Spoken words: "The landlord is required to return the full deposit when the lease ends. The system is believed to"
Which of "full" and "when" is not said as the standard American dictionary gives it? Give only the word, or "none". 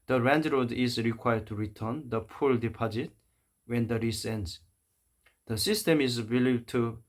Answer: full